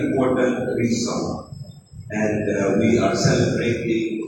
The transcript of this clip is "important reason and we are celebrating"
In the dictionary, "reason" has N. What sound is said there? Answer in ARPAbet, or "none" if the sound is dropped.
none